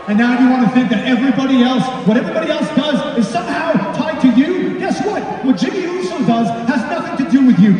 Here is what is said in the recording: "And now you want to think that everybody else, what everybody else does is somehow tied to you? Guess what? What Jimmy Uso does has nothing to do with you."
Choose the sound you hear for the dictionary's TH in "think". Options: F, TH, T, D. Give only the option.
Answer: TH